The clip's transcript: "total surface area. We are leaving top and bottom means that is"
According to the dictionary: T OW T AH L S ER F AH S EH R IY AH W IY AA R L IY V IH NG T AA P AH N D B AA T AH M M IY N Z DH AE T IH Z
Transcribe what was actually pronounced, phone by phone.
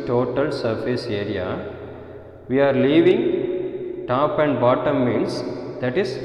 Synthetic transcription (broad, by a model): T OW T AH L S ER F AH S EH R IY AH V IY AA R L IY V IH NG T AA P AH N D B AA T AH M M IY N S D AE T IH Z